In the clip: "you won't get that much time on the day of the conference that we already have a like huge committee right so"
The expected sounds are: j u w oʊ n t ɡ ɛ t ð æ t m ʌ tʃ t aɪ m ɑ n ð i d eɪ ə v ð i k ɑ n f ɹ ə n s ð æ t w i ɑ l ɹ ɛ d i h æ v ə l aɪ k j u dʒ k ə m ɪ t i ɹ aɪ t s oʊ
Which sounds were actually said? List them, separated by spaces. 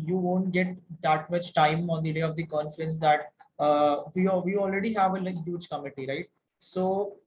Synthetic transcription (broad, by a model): j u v oʊ n t ɡ ɛ t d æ t m ʌ tʃ t aɪ m ɑ n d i d eɪ ə v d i k ɑ n f ɹ ə n s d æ t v i ɑ l ɹ ɛ d i h æ v ə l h j u dʒ k ə m ɪ t i ɹ aɪ t s oʊ